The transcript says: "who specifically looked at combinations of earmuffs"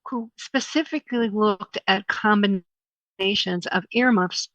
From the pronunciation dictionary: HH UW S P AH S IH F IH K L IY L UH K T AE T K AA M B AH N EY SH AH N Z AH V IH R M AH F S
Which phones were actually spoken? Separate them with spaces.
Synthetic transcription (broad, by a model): HH UW S P AH S IH F IH K L IY L UH K T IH T K AA M B AH N EY SH AH N Z AH V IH R M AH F S